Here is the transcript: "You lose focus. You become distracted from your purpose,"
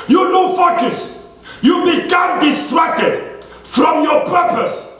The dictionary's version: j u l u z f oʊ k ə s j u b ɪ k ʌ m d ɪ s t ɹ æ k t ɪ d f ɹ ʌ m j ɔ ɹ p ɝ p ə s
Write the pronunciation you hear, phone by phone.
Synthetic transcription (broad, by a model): j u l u f oʊ k ə s j u b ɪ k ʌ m d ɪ s t ɹ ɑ k t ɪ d f ɹ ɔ m j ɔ p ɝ p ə s